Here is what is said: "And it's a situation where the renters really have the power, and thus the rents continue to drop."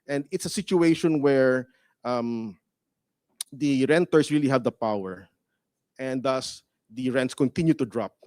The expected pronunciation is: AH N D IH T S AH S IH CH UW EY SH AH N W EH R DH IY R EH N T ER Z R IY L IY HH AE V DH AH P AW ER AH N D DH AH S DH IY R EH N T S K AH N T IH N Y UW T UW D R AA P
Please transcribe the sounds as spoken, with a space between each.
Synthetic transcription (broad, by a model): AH N D IH T S AH S IH CH UW EY SH AH N W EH R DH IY R EH N T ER S R IY L IY HH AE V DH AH P AW ER AH N D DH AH S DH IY R EH N T S K AH N T IH N Y UW T UW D R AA P